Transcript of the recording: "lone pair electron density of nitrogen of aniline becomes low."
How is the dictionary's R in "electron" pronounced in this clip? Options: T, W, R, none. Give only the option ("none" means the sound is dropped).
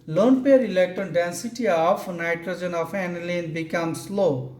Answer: none